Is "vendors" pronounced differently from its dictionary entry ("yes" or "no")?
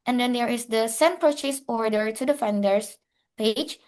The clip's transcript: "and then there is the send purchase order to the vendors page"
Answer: yes